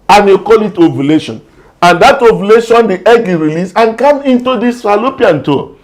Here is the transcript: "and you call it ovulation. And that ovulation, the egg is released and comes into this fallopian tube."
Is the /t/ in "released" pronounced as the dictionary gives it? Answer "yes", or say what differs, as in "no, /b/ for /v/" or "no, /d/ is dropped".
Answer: no, /t/ is dropped